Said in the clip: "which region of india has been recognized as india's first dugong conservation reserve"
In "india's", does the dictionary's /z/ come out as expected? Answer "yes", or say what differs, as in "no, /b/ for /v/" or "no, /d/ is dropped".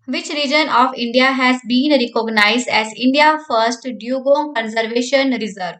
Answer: no, /z/ is dropped